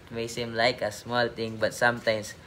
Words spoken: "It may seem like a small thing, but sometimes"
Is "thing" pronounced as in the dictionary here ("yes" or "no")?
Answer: no